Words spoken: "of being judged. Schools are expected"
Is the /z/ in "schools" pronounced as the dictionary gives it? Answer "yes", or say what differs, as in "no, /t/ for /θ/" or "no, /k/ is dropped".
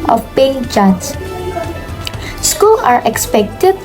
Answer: no, /z/ is dropped